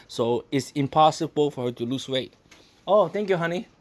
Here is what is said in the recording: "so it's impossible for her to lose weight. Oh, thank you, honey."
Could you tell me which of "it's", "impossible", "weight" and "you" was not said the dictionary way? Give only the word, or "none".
none